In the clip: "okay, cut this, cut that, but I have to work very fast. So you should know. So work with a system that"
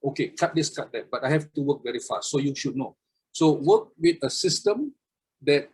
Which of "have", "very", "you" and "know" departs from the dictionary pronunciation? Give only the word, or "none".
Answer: have